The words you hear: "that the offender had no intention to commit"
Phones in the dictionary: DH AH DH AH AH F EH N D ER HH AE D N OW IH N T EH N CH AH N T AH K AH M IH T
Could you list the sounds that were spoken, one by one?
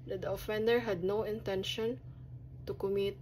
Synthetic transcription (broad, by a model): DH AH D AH AH F EH N D ER HH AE D N OW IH N T EH N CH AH N T AH K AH M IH T